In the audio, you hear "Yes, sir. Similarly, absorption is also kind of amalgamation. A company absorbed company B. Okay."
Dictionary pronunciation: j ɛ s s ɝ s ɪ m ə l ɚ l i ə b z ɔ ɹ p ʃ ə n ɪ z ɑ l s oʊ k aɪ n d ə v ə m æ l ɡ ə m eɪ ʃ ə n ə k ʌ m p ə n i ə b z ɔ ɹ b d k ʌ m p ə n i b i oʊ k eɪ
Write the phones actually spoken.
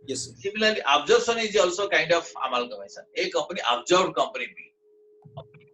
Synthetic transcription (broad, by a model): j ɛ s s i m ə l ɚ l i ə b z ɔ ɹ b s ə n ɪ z ɑ l s oʊ k aɪ n d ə p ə m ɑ l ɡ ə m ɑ s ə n ə k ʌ m p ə n i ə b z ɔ ɹ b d k ʌ m p ə n i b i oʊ